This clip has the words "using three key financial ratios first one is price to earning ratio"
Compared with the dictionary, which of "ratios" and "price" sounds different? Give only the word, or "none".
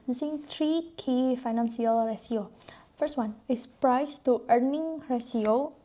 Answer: ratios